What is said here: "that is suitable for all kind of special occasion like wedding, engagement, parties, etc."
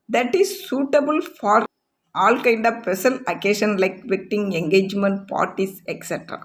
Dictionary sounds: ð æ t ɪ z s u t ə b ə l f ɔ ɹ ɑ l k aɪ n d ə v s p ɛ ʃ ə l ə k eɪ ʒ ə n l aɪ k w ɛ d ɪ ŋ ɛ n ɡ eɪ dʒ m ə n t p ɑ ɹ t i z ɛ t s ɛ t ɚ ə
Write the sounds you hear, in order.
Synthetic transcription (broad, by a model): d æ t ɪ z s u t ə b ə l f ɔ ɹ ɑ l k aɪ n d ə v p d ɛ s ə n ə k eɪ ʃ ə n l aɪ k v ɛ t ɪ ŋ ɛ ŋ ɡ eɪ dʒ m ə n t p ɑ ɹ t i s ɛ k s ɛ t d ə